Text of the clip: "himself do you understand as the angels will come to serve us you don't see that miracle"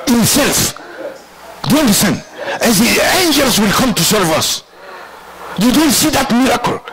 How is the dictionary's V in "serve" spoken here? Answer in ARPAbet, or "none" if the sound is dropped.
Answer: V